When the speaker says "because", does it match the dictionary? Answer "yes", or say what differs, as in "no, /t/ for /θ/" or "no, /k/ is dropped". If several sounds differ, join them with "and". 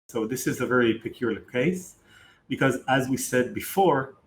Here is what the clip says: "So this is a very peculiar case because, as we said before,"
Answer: yes